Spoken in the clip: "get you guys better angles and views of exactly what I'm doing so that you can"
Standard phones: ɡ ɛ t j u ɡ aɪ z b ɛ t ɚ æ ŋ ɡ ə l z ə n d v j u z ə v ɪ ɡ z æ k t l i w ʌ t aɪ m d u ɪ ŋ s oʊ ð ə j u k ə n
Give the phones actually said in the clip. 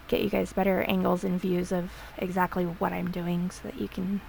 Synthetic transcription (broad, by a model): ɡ ɛ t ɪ ɡ aɪ z b ɛ t ɚ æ ŋ ɡ l z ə n v j u z ə v ɪ ɡ z æ k t l i w ʌ t aɪ m d u ɪ ŋ s oʊ ð ə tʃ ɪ k n